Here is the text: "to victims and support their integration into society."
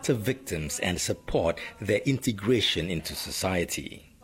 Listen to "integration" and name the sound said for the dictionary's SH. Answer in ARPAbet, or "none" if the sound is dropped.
SH